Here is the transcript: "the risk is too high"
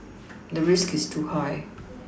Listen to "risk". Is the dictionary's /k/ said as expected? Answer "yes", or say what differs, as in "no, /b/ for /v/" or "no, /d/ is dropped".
yes